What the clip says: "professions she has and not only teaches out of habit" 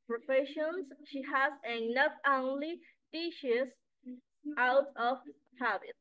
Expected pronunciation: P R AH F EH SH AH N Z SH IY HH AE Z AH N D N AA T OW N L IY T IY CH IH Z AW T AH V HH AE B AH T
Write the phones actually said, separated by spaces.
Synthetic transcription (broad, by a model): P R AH F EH SH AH N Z SH IY HH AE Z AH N N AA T OW N L IY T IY SH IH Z AW T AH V HH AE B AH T